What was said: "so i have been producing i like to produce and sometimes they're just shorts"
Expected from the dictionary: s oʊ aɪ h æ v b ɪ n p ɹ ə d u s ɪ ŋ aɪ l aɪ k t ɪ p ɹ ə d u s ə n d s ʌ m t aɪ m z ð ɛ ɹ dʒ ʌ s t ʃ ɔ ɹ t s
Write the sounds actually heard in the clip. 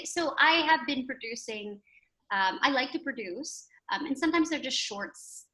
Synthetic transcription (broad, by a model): s oʊ aɪ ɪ v b ɪ n p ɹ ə d u s ɪ ŋ aɪ l aɪ k t ɪ p ɹ ə d u s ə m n s ʌ m t aɪ m z ð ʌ ɹ dʒ ʌ s t ʃ ɔ ɹ t s